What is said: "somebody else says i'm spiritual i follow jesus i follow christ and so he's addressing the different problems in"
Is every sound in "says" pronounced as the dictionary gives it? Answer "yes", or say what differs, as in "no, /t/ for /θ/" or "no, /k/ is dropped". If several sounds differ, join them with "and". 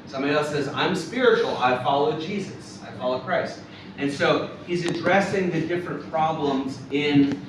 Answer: yes